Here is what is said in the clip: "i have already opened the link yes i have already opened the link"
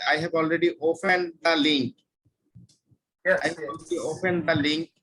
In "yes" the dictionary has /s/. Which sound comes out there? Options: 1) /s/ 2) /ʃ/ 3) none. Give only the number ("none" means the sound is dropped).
3